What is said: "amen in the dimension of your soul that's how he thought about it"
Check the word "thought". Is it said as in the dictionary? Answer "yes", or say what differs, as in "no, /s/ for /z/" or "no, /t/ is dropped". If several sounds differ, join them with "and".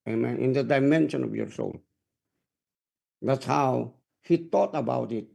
no, /t/ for /θ/